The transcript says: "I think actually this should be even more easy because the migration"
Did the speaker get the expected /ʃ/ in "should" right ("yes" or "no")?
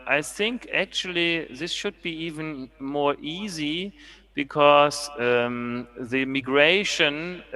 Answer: yes